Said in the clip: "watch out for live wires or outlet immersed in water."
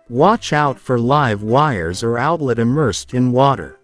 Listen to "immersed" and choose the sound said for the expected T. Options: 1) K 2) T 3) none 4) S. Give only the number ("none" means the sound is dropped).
2